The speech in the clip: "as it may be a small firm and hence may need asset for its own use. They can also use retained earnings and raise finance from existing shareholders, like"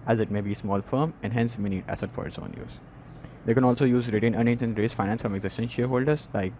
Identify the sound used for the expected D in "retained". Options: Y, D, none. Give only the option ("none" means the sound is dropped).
none